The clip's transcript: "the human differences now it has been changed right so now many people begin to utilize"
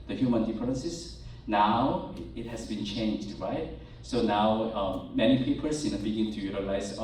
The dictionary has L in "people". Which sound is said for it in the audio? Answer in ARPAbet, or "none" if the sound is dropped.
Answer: N